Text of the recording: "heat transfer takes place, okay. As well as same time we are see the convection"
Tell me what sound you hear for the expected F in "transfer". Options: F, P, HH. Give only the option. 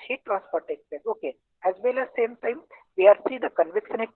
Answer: P